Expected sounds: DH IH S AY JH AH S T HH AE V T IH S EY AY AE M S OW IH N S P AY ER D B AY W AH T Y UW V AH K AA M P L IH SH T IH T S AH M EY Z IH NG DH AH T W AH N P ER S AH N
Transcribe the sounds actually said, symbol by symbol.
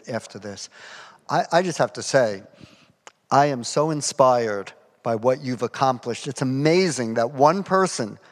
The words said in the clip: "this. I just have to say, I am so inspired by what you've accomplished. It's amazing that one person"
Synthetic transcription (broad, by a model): DH IH S AY JH AH S T HH AE F T IH S EY AY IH M S OW IH N S P AY ER D B AY W AH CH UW V AH K AA M P L IH SH T IH T S AH M EY Z IH NG DH AH T W AH N P ER S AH N